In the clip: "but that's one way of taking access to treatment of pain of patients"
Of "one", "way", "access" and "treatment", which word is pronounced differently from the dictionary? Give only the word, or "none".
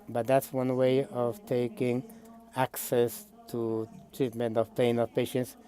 none